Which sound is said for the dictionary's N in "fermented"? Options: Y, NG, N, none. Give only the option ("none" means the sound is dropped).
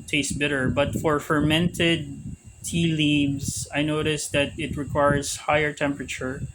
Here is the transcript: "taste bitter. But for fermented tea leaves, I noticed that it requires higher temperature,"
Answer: N